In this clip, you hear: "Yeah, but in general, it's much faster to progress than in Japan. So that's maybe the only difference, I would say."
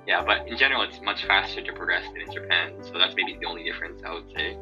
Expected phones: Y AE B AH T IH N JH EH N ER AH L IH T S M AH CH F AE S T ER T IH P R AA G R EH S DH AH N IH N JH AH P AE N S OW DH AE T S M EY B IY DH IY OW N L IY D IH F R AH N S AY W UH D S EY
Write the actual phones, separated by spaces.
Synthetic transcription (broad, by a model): Y AE B AH T IH N JH EH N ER L IH T S M AH CH F AE S T ER T IH P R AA G R EH S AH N IH N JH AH P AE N S OW DH AE T S M EY B IY DH IY OW N L IY D IH F R AH N S AY W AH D S EY